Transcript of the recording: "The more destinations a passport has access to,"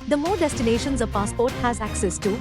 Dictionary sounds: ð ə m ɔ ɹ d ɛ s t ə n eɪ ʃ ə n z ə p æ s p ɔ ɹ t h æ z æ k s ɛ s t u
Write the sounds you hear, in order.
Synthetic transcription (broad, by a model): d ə m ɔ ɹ d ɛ s t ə n eɪ ʃ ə n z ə p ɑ s p ɔ ɹ t h æ z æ k s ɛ s t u